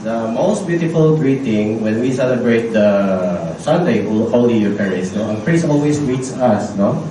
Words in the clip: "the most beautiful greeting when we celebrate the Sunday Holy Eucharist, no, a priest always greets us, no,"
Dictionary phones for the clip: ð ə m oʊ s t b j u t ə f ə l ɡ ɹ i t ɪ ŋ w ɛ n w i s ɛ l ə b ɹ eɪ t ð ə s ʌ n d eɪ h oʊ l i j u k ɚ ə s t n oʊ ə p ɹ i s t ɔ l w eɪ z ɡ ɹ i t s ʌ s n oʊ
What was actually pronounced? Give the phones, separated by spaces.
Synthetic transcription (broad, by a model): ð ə m oʊ s t b j u t ə f ə l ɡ ɹ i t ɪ ŋ w ɛ n w i s ɛ l ə b ɹ eɪ t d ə s ʌ n d eɪ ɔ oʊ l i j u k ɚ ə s n oʊ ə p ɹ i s ɔ l w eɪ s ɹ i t s ʌ s n oʊ